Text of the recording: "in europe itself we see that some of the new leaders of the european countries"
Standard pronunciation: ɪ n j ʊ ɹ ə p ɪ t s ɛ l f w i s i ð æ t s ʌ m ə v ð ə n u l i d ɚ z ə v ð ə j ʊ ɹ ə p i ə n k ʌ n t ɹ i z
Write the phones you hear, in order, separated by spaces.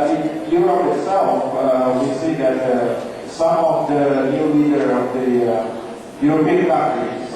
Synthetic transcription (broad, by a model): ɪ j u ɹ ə ɪ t s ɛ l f w i s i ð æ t s ʌ m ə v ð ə n u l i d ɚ ə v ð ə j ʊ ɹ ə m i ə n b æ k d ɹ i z